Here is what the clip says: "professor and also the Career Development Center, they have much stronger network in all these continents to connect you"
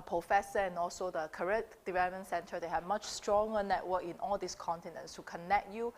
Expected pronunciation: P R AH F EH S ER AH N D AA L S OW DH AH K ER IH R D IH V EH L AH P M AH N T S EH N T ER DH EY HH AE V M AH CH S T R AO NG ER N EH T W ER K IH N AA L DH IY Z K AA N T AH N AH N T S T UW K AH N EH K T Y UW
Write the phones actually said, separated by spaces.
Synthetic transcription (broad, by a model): P R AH F EH S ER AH N AA L S OW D AH K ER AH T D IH V EH L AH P M AH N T S EH N T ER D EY HH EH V M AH CH S T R AO NG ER N EH T W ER K IH N AA L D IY S K AA N T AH N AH N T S T UW K AH N EH K T Y UW